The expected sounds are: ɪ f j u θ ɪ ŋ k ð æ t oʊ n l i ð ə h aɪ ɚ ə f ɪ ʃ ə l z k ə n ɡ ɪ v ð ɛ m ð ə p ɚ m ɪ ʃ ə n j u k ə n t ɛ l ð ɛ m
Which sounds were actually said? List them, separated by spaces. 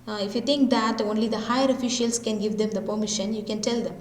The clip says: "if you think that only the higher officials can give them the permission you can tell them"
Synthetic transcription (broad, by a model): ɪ f j u t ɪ ŋ k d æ t oʊ n l i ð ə h aɪ ɚ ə f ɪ ʃ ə l s k ə n ɡ ɪ v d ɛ m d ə p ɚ m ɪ ʃ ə n j u k ə n t ɛ l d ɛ m